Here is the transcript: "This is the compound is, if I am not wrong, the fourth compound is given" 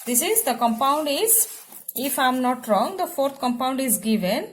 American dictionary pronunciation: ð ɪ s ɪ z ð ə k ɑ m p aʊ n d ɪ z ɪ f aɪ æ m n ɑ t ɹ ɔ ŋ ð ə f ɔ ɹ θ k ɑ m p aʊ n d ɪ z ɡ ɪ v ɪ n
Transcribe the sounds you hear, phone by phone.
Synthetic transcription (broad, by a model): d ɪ s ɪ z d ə k ɑ m p aʊ n d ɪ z ɪ f aɪ m n ɑ t ɹ ɔ ŋ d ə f ɔ ɹ t k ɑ m p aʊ n d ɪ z ɡ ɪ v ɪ n